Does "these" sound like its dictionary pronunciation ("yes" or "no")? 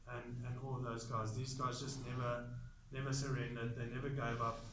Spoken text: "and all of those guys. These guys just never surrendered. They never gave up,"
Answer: yes